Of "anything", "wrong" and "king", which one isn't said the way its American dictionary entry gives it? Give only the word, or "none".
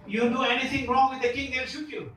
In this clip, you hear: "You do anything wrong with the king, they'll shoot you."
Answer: anything